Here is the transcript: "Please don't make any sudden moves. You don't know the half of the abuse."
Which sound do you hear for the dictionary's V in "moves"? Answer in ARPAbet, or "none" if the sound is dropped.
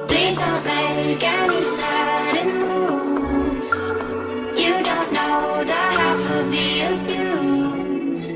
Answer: none